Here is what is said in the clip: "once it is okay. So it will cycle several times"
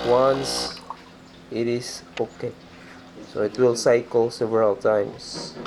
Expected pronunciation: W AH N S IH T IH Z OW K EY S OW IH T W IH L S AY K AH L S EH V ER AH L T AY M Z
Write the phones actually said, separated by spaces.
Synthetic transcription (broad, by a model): W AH N S IH T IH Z OW K EY S OW IH T W IH L S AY K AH L S EH V ER AH L T AY M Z